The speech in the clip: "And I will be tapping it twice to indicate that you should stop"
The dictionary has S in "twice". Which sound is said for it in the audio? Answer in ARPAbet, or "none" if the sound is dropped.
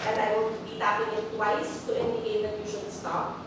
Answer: S